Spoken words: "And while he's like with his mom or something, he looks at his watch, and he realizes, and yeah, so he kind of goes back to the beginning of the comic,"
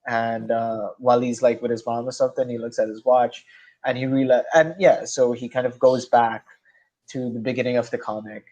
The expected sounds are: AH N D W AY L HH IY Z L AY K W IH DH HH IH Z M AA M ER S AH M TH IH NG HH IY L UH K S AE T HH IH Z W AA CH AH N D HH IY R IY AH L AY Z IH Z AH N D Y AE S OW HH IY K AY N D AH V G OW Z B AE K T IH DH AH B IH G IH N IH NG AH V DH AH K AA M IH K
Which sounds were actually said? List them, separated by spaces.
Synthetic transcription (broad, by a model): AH N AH W AY L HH IY Z L AY K W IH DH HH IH Z M AA M ER S AH M TH IH NG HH IY L UH K S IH T HH IH Z W AA CH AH N IY R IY L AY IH AH N Y AE S OW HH IY K AY N D AH V G OW Z B AE K T IH DH AH B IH G IH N IH NG AH V DH AH K AA M IH K